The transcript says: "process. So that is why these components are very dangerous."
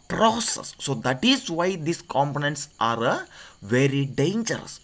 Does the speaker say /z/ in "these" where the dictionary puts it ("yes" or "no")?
no